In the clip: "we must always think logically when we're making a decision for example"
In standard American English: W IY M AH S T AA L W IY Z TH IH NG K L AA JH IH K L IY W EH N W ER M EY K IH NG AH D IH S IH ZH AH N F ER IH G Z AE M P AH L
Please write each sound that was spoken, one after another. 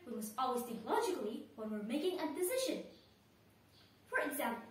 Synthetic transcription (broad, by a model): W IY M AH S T AA L W IY Z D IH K L AA JH IH K L IY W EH N W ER M EY K IH NG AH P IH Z IH SH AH N F ER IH G Z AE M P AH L